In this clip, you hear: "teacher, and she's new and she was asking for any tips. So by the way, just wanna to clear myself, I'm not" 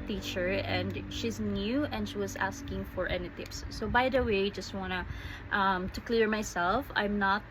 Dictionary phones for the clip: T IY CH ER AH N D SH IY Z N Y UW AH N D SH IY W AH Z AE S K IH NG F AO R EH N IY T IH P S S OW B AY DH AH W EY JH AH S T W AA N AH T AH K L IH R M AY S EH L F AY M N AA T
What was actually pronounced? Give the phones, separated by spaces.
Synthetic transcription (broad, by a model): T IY CH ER AH N D SH IY Z N Y UW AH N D SH IY W AH Z AE S K IH NG F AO R EH N IY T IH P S S OW B AY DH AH W EY JH AH S T W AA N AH T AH K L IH R M AY S EH L F AY M N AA T